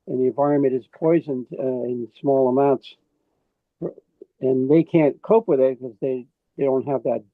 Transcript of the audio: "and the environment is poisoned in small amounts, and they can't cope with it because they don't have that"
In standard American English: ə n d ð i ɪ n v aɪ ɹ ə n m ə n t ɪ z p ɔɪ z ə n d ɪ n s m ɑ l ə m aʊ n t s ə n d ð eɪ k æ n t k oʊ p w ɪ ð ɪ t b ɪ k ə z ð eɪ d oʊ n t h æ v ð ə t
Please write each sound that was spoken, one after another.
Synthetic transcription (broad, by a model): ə n ð i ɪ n v aɪ ɹ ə n m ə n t ɪ z p ɔɪ z ə n d ɪ n s m ɑ l ə m aʊ n t s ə n ð eɪ k æ n k oʊ p w ɪ ð ɪ t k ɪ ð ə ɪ ð eɪ d oʊ n t h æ v ð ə t